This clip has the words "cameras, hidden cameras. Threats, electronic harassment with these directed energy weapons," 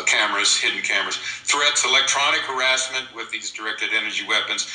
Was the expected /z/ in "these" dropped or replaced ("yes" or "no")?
no